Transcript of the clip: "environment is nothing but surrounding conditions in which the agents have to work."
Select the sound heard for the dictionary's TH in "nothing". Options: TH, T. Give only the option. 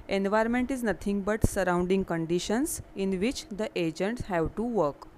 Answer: T